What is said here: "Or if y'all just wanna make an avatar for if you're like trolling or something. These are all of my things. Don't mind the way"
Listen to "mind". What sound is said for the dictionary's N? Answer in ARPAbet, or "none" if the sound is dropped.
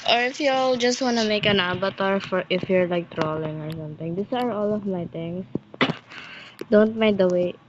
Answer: none